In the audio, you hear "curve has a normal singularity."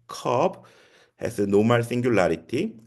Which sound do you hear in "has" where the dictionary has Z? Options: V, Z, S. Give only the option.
S